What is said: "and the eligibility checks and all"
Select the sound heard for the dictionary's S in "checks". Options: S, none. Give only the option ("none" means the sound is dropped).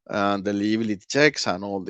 S